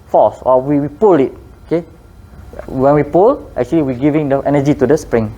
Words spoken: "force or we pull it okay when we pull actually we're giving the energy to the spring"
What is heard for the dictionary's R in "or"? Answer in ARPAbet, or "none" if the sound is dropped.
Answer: W